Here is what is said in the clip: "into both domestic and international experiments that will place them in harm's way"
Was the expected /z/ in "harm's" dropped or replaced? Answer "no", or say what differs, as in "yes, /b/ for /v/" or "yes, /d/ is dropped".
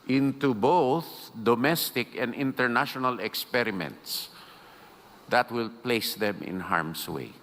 yes, /s/ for /z/